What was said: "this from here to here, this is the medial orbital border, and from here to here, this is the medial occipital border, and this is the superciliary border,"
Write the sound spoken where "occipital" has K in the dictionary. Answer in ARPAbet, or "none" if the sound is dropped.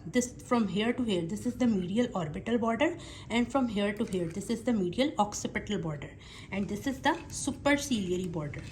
K